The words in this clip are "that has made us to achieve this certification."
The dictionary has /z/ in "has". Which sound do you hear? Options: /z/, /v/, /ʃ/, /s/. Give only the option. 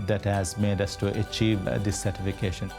/z/